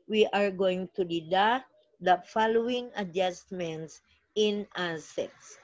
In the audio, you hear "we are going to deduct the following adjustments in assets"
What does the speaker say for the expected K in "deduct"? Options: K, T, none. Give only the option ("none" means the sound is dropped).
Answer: none